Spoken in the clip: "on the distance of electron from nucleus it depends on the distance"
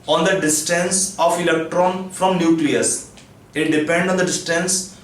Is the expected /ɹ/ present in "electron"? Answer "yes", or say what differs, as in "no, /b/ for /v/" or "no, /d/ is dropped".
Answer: yes